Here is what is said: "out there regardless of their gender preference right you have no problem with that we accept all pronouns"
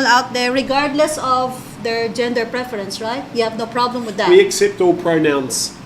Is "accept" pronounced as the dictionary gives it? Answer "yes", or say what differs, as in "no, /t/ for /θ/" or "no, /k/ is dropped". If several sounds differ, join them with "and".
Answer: yes